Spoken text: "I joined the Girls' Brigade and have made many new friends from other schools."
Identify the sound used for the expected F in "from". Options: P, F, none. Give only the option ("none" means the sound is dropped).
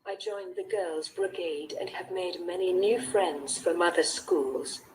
F